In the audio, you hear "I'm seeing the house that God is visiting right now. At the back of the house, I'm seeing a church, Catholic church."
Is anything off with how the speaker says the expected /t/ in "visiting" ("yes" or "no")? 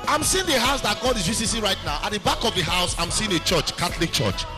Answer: yes